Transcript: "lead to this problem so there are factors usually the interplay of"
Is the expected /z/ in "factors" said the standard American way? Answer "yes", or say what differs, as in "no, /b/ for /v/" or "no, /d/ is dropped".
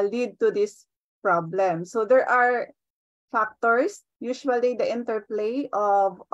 no, /s/ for /z/